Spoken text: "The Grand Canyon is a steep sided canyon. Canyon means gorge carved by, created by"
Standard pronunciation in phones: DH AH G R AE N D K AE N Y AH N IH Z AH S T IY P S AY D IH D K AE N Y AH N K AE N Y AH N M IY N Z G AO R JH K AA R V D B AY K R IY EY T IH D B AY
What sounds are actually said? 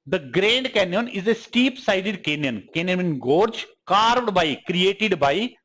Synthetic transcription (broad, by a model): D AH G R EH N D K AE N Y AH N IH Z AH S T IY P S AY D IH D K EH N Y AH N K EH N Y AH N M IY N G AO R JH K AA R V D B AY K R IY EY T IH D B AY